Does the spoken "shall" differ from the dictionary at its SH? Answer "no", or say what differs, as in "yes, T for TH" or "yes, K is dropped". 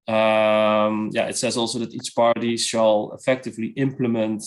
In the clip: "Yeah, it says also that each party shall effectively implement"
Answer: yes, S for SH